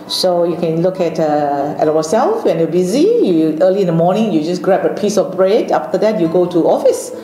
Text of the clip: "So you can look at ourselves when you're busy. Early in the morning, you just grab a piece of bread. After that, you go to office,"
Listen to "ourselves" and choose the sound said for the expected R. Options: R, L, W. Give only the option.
W